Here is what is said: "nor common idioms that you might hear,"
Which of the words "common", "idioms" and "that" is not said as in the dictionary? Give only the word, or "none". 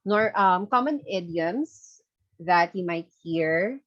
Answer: idioms